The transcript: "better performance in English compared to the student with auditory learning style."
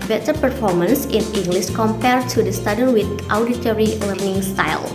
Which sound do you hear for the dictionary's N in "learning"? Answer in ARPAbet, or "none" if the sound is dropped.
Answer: N